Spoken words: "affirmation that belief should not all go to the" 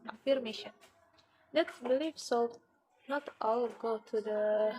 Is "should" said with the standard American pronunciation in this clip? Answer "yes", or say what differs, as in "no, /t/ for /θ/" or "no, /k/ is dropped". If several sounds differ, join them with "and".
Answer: no, /s/ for /ʃ/